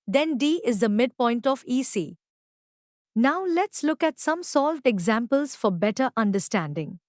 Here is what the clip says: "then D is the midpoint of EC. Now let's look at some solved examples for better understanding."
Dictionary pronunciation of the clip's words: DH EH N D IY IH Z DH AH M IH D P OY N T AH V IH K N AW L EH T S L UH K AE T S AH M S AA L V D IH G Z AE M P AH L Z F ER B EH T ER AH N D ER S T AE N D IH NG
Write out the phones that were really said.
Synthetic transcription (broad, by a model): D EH N D IY IH Z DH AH M IH D P OY N T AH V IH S N AW L EH T S L UH K AE T S AH M S AA L V D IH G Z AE M P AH L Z F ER B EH T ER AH N D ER S T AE N D IH NG